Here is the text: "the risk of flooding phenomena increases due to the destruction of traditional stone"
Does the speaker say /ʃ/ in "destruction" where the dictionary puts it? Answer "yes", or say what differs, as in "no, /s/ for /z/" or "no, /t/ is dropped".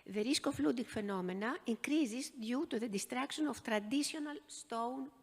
no, /s/ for /ʃ/